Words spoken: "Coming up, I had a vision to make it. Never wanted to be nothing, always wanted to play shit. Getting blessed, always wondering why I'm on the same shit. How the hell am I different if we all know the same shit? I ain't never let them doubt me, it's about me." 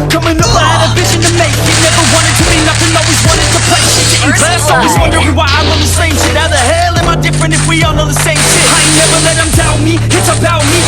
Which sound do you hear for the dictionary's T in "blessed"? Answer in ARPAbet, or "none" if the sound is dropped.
none